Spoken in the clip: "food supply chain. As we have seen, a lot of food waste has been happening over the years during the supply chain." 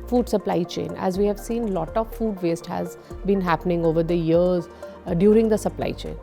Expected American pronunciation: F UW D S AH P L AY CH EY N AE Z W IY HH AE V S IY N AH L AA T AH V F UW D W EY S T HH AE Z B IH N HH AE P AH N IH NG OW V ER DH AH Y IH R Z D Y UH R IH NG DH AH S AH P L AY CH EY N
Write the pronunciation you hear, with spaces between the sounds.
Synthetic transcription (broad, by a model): F UW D S AH P L AY CH EY N AE Z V IY HH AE V S IY N L AA T AH V F UW D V EY S T HH AE Z B IH N HH AE P AH N IH NG OW V ER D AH Y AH R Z D Y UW R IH NG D AH S AH P L AY CH EY N